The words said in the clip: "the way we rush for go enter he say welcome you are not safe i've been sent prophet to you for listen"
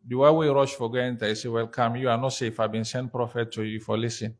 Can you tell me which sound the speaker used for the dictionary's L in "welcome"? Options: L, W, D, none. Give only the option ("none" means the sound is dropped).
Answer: L